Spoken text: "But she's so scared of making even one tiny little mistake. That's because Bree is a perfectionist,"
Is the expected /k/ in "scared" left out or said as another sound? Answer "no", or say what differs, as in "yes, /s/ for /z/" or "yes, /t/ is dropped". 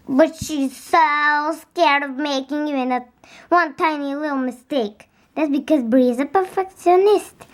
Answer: no